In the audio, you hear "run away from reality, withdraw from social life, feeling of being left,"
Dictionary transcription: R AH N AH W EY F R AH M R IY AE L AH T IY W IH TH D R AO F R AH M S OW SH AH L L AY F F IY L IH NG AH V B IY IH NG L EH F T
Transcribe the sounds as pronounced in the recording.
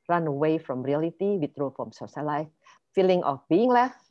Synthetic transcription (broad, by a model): R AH N AH W EY F R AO M R IY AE L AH T IY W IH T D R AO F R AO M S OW S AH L L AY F F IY L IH NG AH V B IY IH NG L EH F